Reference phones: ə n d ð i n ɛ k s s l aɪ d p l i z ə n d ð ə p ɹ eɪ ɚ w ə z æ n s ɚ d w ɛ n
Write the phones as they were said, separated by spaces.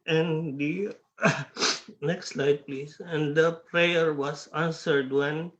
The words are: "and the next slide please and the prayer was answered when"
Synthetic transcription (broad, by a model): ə n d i n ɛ k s s l aɪ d p l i s ə n d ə p ɹ eɪ ɚ w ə s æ n s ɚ d w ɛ n